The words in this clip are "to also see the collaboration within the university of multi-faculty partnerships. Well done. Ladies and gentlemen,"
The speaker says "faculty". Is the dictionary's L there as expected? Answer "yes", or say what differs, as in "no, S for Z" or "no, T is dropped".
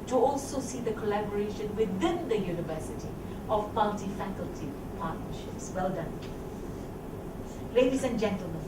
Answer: yes